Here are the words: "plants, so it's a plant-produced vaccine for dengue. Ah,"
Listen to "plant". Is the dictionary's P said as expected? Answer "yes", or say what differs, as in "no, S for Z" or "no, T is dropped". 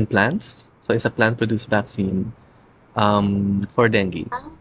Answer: yes